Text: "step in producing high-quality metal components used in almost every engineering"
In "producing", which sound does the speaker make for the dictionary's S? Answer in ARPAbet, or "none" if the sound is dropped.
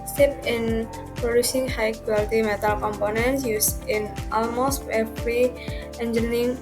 S